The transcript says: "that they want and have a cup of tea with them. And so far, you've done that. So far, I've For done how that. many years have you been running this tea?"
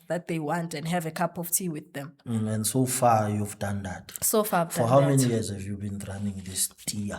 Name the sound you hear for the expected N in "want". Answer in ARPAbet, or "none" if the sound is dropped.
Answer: N